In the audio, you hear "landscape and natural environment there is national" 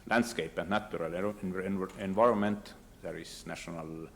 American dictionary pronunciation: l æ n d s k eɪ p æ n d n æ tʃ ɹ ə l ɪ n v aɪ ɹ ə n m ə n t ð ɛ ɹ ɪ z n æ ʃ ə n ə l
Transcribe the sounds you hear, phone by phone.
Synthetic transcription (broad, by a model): l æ n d s k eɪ p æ n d n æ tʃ ɹ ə l ɪ n v aɪ ɹ ə n m ə n t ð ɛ ɹ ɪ s n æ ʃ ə n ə l